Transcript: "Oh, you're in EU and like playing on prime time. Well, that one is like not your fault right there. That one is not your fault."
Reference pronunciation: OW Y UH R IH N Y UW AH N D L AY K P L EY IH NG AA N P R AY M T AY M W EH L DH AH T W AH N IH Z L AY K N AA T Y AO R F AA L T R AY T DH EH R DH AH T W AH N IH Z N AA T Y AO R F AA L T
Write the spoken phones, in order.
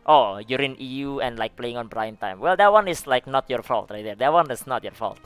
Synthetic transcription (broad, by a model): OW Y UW R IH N Y UW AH N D L AY K P L EY IH NG AA N B R AY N T AY M W EH L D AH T W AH N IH S L AY K N AA T Y AO R F AA L T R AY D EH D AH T W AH N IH S N AA T Y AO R F AA L T